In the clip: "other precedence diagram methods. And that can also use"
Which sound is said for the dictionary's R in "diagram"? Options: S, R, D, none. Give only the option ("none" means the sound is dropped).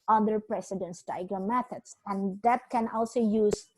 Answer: none